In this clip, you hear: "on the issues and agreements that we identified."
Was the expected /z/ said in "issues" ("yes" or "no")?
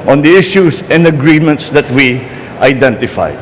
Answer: no